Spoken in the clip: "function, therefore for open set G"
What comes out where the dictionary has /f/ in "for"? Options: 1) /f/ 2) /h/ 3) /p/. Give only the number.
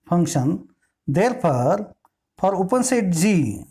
3